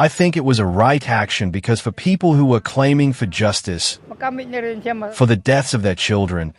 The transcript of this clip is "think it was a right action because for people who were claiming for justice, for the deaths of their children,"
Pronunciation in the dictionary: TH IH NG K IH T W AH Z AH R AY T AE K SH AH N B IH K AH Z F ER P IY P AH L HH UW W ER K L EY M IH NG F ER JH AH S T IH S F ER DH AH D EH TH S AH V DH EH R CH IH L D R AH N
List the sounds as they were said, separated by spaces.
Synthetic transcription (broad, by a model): TH IH NG K IH T W AH Z AH R AY T AE K SH AH N B IH K AH Z F ER P IY P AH L HH UW W ER K L EY M IH NG F ER JH AH S T IH S F ER DH AH D EH TH S AH V DH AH R CH IH L D R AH N